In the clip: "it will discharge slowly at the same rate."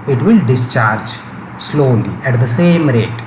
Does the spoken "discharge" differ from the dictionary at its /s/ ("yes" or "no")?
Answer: no